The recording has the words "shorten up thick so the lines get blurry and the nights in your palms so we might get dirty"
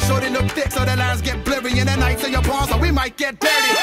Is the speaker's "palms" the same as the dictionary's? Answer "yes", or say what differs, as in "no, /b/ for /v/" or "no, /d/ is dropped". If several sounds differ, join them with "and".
no, /m/ is dropped